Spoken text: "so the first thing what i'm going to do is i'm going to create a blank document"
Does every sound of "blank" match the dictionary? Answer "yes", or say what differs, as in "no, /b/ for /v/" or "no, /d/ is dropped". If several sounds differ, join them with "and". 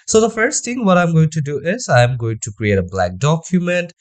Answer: no, /ŋ/ is dropped